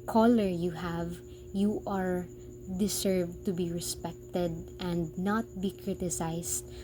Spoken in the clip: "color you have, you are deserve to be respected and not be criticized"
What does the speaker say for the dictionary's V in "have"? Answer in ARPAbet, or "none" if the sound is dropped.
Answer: V